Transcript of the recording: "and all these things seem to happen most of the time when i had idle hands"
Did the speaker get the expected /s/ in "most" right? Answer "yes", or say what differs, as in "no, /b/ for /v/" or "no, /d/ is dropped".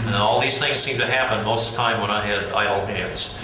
no, /s/ is dropped